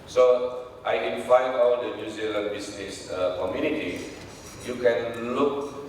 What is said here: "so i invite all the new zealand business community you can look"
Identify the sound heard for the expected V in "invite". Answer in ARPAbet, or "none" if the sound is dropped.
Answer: F